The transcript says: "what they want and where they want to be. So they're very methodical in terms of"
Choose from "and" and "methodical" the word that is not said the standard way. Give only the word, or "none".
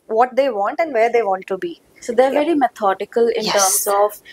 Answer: methodical